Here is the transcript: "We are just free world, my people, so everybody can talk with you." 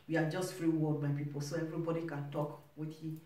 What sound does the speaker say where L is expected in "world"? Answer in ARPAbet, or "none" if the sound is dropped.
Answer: none